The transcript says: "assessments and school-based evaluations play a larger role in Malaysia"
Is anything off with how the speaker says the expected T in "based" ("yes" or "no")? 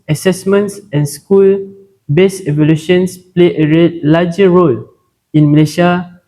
yes